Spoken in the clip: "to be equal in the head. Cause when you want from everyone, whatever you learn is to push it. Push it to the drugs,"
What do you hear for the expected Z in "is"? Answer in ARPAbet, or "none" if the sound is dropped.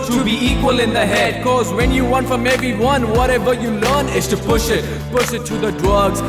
S